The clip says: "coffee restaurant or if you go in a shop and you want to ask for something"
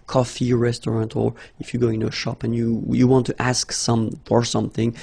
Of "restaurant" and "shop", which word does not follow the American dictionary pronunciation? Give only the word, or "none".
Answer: none